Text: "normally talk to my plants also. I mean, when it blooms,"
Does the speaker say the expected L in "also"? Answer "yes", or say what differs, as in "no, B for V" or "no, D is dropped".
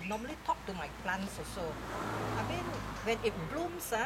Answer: no, L is dropped